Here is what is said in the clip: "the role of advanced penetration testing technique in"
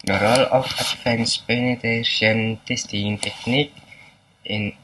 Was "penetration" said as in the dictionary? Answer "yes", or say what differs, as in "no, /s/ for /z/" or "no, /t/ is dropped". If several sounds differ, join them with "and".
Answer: no, /ɹ/ is dropped